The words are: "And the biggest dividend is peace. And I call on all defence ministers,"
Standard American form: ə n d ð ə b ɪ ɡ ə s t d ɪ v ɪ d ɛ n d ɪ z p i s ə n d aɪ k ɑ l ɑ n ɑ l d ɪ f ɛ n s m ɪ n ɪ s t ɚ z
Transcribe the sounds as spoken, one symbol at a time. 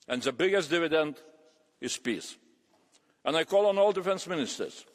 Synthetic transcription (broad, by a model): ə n ð ə b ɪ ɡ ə s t d ɪ v ɪ d ɛ n d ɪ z p i s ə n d aɪ k ɑ l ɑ n ɑ l d ɪ f ɛ n s m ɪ n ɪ s t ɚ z